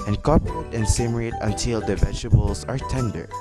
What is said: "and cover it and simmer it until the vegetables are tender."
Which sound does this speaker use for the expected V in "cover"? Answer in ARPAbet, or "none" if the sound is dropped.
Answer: P